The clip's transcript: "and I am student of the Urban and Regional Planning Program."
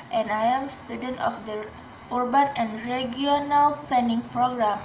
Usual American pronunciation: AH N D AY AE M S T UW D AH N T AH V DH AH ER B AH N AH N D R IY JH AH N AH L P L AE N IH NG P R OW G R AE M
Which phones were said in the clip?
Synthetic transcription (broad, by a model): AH N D AY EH M S T UW D AH N T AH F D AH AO B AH N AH N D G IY AH N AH L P L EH N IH NG P R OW G R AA M